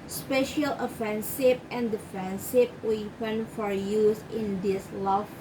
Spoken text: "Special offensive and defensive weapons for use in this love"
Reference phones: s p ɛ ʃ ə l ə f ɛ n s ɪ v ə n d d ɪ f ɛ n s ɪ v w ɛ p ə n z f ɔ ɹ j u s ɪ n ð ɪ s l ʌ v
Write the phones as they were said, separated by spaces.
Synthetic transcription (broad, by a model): s p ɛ ʃ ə l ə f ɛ n s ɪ p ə n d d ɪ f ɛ n s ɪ p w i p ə n f ɔ ɹ j u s ɪ n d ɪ s l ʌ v